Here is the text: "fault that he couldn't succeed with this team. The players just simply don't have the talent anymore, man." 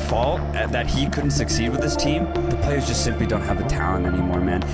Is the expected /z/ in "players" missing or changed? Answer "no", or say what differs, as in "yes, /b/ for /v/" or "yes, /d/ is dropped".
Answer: no